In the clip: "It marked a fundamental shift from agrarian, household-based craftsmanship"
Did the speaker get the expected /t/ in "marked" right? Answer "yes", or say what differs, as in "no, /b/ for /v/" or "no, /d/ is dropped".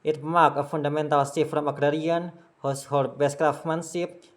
no, /t/ is dropped